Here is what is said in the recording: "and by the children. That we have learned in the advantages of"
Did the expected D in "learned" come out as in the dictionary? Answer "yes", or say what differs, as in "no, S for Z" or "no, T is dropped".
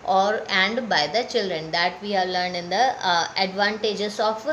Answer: no, D is dropped